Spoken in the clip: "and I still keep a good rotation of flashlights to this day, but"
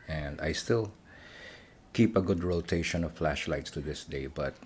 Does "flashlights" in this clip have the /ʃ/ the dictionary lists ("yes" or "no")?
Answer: yes